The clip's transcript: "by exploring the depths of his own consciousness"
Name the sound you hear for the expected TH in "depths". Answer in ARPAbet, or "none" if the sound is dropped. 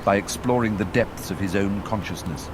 TH